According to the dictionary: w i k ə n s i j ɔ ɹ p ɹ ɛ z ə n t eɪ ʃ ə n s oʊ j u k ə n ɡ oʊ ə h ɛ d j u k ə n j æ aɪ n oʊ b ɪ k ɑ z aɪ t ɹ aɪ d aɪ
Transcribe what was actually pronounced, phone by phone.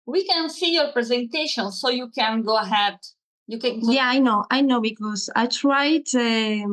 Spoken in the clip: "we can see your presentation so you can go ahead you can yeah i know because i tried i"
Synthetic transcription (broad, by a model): w i k ə n s i j ɔ ɹ p ɹ ɛ z ə n t eɪ ʃ ə n s oʊ j u k ə n ɡ oʊ ə h ɛ d j u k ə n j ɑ aɪ n oʊ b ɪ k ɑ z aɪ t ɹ aɪ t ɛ